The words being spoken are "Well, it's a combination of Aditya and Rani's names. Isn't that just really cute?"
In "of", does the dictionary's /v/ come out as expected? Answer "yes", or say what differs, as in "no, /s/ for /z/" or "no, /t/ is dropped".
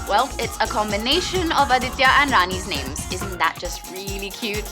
yes